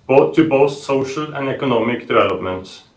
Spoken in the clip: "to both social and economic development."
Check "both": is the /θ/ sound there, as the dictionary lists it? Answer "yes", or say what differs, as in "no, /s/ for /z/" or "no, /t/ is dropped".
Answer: no, /s/ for /θ/